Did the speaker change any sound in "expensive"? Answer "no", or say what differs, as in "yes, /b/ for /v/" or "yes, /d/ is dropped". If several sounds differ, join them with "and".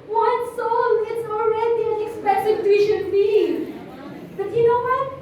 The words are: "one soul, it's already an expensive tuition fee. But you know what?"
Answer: yes, /n/ is dropped